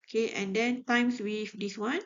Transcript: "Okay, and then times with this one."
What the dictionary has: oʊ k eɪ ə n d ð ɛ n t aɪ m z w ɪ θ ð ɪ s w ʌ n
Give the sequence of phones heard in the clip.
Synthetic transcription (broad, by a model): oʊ k eɪ ə n d ɛ n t aɪ m s w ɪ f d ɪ s w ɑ n